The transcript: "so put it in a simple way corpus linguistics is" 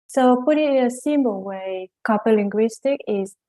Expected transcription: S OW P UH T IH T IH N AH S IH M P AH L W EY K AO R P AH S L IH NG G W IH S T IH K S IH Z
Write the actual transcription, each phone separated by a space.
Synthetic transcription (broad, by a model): S OW P UH T IH T IH N AH S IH M B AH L W EY K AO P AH L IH NG G W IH S T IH K IH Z